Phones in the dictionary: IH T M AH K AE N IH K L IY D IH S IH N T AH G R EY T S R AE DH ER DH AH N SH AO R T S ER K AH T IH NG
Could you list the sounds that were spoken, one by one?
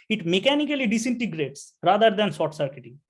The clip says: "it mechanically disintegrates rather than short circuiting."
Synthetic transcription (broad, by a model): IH T M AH K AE N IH K L IY D IH S IH N T AH G R EY T S R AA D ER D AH N S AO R T S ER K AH T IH